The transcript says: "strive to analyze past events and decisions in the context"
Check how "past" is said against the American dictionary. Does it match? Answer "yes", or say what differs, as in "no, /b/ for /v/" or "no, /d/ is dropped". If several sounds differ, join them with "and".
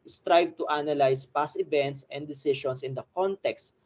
no, /t/ is dropped